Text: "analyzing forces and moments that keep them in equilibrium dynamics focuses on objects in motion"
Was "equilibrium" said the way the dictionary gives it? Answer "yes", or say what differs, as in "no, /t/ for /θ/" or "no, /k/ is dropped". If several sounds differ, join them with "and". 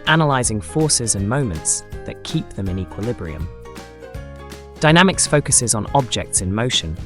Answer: yes